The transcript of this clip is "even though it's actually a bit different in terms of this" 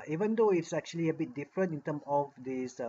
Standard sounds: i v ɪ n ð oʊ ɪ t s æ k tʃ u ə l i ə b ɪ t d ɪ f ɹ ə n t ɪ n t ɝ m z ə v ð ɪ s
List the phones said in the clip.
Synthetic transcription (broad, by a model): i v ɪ n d oʊ ɪ t s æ k tʃ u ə l i ə b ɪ t d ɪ f ɹ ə n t ɪ n t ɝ m ə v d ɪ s